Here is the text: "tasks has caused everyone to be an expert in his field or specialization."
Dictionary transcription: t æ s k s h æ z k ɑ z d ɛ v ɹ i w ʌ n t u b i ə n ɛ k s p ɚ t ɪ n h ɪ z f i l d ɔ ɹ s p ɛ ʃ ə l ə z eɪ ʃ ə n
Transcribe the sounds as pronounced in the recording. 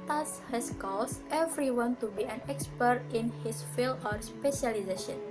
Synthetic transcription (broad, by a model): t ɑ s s h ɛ s k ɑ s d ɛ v ɹ i w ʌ n t u b i ə n ɛ k s p ɚ t ɪ n h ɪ s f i l ɔ ɹ s p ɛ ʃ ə l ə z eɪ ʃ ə n